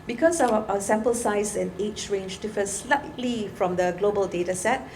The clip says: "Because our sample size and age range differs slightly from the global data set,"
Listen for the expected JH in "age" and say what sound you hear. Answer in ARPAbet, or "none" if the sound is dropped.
CH